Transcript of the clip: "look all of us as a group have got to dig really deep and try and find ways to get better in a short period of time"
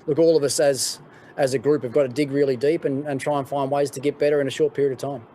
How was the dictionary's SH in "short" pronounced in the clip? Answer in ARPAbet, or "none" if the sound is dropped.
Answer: SH